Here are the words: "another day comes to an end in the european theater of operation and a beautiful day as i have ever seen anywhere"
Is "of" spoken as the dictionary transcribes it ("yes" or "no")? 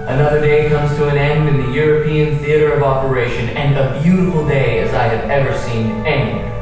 yes